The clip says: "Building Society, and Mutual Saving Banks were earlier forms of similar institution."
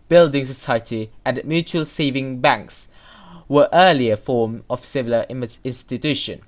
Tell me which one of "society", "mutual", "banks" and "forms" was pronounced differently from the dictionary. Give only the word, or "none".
forms